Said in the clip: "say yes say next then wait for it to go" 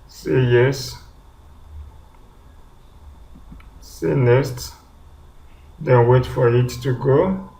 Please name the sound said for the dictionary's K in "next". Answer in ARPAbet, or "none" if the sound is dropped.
none